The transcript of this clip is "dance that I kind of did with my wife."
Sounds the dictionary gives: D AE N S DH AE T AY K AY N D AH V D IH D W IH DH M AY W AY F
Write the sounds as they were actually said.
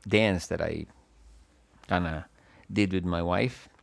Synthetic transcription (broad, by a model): D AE N S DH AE T AY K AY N AH D IH D W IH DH M AY W AY F